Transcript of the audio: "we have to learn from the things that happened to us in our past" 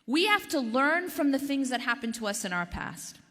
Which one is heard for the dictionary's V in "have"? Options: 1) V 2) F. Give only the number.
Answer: 2